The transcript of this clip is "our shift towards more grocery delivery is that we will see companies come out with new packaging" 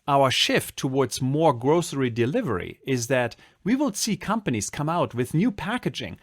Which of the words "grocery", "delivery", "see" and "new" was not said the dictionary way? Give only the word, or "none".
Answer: none